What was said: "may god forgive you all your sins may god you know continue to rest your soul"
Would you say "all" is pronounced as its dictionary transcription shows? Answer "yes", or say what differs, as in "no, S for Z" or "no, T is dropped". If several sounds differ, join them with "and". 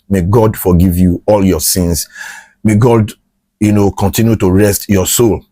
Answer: yes